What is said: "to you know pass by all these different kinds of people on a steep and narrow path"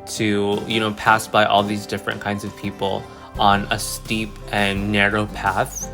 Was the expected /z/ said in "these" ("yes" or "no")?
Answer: yes